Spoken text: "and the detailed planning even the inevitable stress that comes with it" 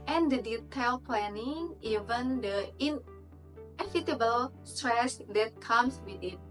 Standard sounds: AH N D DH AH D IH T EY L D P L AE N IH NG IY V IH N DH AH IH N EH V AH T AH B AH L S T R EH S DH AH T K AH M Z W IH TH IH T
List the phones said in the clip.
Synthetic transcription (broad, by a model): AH N D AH D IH T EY L P L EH N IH NG IY V IH N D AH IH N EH F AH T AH B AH L S T R EH S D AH T K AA M S W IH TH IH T